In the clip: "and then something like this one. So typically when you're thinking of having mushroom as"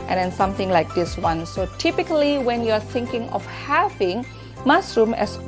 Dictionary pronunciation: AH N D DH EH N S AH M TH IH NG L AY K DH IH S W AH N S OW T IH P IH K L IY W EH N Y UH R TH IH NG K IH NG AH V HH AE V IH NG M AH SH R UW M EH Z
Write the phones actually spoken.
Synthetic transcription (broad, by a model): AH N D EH N S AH M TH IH NG L AY K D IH S W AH N S OW T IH P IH K L IY W EH N Y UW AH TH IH NG K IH NG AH F HH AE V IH NG M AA S R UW M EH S